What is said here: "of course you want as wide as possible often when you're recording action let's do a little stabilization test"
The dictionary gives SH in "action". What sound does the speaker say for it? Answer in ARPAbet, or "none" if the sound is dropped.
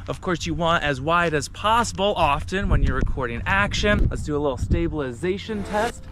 SH